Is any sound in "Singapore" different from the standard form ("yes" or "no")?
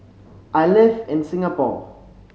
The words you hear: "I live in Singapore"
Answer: yes